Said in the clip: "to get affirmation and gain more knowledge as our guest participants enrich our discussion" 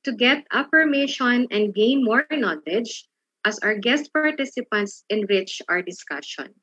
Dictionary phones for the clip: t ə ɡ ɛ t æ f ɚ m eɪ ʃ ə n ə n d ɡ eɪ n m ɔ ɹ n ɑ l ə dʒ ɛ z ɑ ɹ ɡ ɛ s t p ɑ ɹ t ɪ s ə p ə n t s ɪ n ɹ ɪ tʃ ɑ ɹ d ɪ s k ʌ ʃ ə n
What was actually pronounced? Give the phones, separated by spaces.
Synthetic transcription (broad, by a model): t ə ɡ ɛ t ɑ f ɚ m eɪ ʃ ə n ə n d ɡ eɪ n m ɔ ɹ n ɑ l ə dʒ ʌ s ɑ ɹ ɡ ɛ s t p ɑ ɹ t ɪ s ə p ə n t s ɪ n w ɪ tʃ ɑ ɹ d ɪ s k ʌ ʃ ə n